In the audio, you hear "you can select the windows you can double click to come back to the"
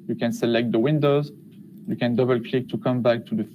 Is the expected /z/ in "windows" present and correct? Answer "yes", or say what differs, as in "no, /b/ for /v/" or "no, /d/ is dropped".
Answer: yes